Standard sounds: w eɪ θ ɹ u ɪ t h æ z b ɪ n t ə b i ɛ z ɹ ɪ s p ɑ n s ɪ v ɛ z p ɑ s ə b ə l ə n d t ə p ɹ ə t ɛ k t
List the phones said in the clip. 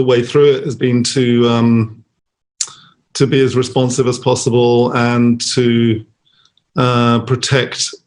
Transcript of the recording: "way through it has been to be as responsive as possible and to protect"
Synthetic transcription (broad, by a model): w eɪ θ ɹ u ɪ t h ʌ z b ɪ n t ə b i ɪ z ɹ ɪ s p ɑ n s ɪ v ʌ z p ɑ s ə b ə l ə n t ə p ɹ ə t ɛ k t